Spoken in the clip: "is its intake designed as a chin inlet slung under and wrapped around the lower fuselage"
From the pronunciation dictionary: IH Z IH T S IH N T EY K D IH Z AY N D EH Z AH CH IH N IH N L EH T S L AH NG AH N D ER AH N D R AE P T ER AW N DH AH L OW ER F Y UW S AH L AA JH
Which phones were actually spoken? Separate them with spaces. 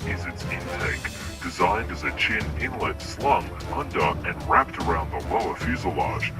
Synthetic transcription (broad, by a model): IH Z IH T S IH N T EY K D IH Z AY N D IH Z AH CH IH N IH N L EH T S L AH NG AH N D ER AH N R AE P T ER AW N DH AH L OW ER F Y UW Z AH L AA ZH